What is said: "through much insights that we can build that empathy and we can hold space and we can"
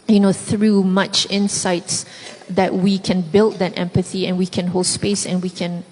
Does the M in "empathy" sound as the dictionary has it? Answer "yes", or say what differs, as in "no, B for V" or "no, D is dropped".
yes